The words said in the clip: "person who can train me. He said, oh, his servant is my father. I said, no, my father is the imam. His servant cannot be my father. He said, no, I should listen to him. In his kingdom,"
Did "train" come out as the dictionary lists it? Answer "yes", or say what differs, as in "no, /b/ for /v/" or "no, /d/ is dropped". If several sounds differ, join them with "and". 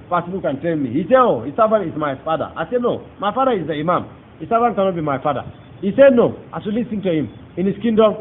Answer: no, /ɹ/ is dropped